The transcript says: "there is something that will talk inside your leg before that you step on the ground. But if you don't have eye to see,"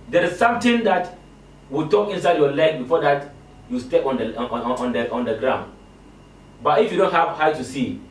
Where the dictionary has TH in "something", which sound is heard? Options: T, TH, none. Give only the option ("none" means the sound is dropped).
T